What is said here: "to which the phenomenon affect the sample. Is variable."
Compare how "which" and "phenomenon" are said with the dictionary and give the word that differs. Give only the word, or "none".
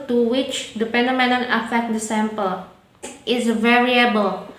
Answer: phenomenon